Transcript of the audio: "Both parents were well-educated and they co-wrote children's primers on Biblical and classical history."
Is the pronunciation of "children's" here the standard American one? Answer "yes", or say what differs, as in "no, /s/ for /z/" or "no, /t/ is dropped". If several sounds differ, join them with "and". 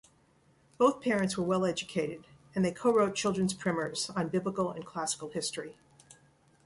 yes